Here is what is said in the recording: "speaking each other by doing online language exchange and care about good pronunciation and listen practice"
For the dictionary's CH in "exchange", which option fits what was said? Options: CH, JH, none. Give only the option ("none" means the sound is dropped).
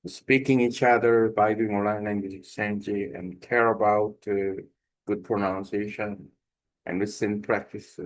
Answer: none